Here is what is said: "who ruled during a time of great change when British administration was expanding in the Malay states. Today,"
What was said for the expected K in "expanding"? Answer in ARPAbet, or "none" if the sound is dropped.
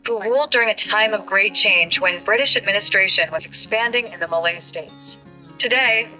K